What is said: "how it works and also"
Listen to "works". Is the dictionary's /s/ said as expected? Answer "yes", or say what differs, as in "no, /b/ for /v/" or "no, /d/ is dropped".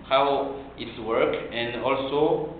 no, /s/ is dropped